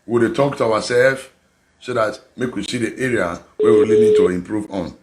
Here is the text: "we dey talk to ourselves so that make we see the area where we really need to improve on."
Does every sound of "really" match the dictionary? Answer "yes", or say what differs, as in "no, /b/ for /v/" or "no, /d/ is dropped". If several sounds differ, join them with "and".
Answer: no, /l/ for /ɹ/